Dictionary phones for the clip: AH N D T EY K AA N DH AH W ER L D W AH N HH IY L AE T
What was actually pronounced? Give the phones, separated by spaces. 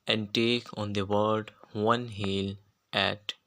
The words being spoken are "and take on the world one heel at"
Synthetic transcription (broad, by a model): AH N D T EY K AA N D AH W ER D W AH N HH IY L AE T